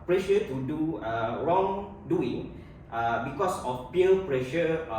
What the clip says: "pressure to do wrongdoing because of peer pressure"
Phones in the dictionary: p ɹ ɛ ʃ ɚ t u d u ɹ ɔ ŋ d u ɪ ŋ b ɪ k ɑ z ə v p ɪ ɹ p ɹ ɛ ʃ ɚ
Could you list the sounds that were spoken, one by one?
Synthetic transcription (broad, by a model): p ɹ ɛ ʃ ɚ t u d u ɹ ɔ ŋ d u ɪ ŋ b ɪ k ɑ s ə f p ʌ l p ɹ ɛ ʃ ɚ